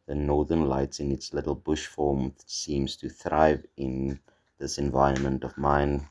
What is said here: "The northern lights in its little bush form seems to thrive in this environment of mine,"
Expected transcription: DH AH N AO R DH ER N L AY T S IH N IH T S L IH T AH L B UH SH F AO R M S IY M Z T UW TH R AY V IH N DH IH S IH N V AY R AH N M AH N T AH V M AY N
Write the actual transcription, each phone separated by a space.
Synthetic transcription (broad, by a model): DH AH N AO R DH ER N L AY T S IH N IH T S L IH T L B UH SH F AO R M S IY M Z T UW TH R AY V IH N DH IH S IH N V AY R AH N M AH N T AH V M AY N